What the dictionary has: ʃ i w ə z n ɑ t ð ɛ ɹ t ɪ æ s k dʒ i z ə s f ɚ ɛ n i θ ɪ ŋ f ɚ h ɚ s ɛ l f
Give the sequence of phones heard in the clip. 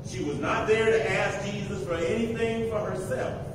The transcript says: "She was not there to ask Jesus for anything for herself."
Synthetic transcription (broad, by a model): ʃ i w ə z n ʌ t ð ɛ ɹ t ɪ æ s k dʒ i z ə s f ɚ ɛ n i θ ɪ ŋ f ɚ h ɚ s ɛ l f